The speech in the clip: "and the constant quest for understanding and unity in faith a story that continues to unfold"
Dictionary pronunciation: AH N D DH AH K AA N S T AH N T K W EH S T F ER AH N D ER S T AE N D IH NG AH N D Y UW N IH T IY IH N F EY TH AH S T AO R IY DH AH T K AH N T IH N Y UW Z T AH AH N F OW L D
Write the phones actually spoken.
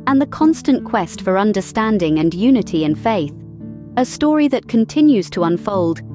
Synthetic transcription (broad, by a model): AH N DH AH K AA N S T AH N K W EH S T F ER AH N D ER S T AE N D IH NG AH N Y UW N IH T IY IH N F EY TH AH S T AO R IY DH AH T K AH N T IH N Y UW Z T AH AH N F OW L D